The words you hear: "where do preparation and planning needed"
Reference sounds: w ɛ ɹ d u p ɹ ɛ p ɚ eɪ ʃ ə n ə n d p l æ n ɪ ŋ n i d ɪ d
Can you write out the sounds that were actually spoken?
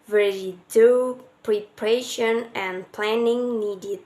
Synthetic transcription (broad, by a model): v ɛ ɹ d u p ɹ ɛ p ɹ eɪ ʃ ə n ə n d p l æ n ɪ ŋ n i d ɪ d